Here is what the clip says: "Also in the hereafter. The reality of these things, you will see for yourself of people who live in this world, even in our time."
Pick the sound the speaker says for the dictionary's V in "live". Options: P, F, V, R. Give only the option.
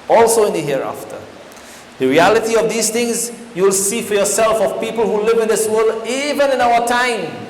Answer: V